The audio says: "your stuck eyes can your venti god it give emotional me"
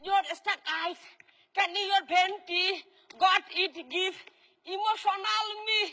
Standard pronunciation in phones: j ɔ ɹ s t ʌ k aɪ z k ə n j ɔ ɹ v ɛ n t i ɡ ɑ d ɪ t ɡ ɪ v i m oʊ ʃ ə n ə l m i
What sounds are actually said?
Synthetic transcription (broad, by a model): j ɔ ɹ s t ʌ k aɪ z k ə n j ɔ ɹ b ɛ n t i ɡ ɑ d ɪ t ɡ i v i m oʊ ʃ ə n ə l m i